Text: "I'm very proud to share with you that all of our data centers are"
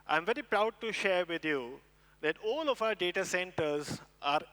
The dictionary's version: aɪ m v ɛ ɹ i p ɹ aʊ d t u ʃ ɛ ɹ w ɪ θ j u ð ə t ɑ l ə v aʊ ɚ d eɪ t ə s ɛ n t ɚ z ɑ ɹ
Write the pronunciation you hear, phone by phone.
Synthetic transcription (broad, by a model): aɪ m v ɛ ɹ i p ɹ aʊ d t u ʃ ɛ ɹ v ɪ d j u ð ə t ɑ l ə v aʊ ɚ d eɪ t ə s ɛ n t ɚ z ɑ ɹ